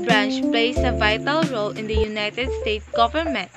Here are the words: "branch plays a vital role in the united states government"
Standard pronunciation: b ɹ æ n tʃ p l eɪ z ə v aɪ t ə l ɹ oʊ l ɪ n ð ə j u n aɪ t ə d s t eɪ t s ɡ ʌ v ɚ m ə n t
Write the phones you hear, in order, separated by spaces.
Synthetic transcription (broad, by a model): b ɹ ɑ n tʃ p l eɪ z ə v aɪ t ə l ɹ oʊ l ɪ n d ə j u n aɪ t ə d s t eɪ t s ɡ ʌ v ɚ m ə n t